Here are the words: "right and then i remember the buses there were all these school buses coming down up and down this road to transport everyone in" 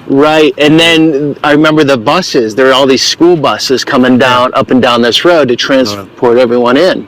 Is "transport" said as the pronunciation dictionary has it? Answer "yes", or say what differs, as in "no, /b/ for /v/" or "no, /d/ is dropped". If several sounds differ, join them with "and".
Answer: yes